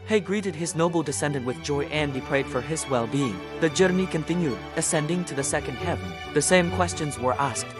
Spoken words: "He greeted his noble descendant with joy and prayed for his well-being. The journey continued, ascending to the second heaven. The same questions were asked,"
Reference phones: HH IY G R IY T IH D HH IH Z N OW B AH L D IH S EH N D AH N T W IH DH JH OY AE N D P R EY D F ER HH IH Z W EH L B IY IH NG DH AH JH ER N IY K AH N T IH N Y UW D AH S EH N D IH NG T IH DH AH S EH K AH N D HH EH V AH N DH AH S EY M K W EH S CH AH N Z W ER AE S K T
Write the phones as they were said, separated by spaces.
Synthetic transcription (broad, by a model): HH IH G R IY T IH D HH IH Z N OW B L D IH S EH N D AH N T W IH DH JH OY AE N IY P R EY D F ER IH Z W EH L B IY IH NG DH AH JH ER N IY K AH N T IH N Y UW D AH S EH N D IH NG T IH DH AH S EH K AH N D HH EH V AH N DH AH S EY M K W EH S CH AH N Z W ER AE S K T